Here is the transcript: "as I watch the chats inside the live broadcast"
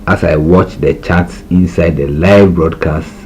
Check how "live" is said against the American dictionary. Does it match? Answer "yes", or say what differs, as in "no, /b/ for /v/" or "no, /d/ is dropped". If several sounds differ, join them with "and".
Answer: yes